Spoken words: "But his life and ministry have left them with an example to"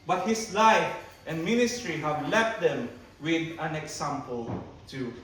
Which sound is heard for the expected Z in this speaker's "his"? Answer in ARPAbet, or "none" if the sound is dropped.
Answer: S